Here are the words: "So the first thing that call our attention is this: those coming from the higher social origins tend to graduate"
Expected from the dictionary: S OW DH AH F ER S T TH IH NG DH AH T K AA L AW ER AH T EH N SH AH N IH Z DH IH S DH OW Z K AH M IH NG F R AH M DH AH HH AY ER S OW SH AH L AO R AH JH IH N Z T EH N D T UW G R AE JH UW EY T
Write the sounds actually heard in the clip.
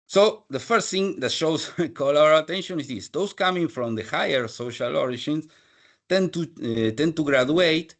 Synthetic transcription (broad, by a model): S OW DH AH F ER S T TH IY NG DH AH T K AA L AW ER AH T EH N SH AH N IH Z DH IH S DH OW S K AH M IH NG F R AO M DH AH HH AY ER S OW SH AH L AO R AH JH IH N S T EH N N T UW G R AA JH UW EY T